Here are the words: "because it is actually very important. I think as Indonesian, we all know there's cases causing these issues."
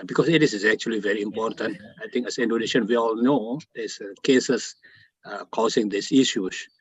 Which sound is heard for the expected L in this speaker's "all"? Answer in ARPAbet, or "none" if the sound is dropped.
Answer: L